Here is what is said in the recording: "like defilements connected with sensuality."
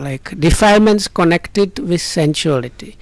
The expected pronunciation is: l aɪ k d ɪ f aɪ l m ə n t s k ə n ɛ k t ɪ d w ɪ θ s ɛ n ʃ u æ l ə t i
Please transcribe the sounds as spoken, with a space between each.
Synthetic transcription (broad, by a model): l aɪ k d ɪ f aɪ m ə n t s k ə n ɛ k t ɪ d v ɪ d s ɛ n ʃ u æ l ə t i